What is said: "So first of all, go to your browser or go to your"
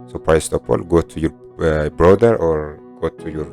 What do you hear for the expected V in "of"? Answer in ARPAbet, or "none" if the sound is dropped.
P